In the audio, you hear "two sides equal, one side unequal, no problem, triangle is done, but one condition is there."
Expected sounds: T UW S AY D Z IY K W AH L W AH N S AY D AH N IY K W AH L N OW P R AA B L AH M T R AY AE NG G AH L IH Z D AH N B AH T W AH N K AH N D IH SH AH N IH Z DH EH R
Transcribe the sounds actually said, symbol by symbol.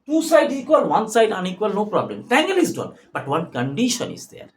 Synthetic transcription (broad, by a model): T UW S AY D IY K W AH L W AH N S AY D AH N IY K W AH L N OW P R AA B L AH M T EH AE NG G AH L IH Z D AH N B AH T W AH N K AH N D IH SH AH N IH Z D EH R